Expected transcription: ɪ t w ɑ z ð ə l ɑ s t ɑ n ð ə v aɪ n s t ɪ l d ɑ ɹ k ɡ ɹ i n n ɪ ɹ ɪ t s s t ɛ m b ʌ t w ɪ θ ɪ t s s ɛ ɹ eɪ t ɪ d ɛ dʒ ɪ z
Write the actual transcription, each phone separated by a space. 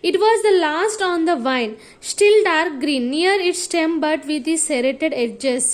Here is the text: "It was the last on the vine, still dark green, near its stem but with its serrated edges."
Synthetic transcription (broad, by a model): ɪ t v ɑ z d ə l ɑ s t ɑ n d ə v aɪ n s t ɪ l d ɑ ɹ k ɡ ɹ i n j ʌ ɹ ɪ t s s t ɛ m b ʌ t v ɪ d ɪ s s ɛ ɹ eɪ t ɪ d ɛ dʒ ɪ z